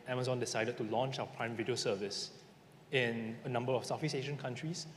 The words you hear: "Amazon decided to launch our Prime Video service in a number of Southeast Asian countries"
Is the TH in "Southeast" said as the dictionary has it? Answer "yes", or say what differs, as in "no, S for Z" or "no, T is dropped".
no, F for TH